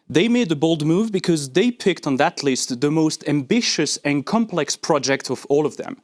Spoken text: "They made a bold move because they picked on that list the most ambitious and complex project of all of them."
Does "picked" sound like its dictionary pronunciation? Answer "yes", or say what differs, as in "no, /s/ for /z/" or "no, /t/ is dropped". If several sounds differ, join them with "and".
yes